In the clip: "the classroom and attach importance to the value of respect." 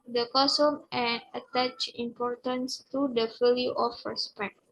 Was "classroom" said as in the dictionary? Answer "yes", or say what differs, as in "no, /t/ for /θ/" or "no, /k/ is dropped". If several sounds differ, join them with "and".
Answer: no, /l/ is dropped and /ɹ/ is dropped